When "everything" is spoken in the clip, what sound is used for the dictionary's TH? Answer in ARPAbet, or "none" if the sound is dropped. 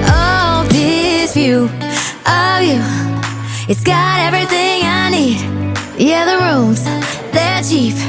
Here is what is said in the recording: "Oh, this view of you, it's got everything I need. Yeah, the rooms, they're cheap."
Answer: TH